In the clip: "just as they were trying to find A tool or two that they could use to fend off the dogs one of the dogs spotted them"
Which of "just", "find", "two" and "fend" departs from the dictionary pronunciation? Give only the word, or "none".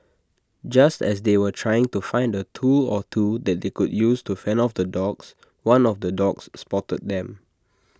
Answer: fend